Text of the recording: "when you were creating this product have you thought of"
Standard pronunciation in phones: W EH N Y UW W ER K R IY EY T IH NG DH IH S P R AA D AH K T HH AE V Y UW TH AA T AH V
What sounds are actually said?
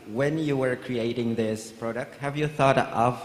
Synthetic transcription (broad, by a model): W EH N Y UW W ER K R IY EY T IH NG DH IH S P R AA D AH K T HH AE V Y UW TH AA T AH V